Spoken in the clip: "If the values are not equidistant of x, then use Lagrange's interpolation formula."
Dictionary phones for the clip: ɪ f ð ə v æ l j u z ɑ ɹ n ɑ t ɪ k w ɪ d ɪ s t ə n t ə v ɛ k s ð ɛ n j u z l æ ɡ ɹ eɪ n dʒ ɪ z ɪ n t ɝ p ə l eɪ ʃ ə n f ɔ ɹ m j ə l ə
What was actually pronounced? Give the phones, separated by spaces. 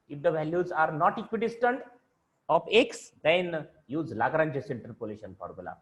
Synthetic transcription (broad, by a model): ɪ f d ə v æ l j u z ɑ ɹ n ɑ t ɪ k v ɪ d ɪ s t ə n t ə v ɛ k s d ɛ n j u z l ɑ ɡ ɹ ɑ n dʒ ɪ s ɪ n t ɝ p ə l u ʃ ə n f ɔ ɹ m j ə l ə